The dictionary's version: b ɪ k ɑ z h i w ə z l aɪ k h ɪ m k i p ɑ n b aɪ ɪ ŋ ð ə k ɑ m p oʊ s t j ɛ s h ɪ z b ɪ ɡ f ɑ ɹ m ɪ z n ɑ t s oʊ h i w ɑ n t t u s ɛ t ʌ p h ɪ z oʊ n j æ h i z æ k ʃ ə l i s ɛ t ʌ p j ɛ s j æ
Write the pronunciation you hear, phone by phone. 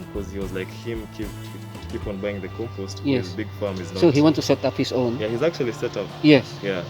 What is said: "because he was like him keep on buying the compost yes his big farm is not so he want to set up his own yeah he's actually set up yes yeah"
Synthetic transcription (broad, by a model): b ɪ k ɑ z h i w ə z l aɪ k h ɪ m k i p ɑ n b aɪ ɪ ŋ ð ə k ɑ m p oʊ s t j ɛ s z b ɪ ɡ f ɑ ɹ m ɪ z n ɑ s oʊ h i w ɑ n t t u s ɛ t ʌ p h ɪ z oʊ n j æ h i z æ k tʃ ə l i s ɛ t ʌ p j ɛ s j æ